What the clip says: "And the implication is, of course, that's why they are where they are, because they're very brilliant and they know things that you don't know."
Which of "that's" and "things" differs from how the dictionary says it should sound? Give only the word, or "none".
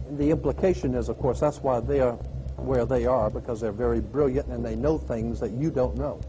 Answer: none